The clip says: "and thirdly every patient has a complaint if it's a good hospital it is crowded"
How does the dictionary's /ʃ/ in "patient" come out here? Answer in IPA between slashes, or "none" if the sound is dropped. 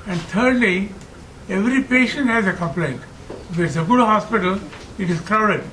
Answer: /ʃ/